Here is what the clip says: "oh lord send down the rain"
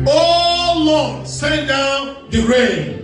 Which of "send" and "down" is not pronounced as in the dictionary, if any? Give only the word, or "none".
send